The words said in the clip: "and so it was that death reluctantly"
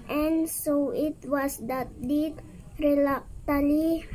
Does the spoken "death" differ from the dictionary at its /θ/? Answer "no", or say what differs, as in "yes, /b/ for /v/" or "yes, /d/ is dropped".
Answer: yes, /t/ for /θ/